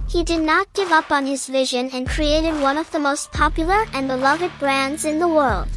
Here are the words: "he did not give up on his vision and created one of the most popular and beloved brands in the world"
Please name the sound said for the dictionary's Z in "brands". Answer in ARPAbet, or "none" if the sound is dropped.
Z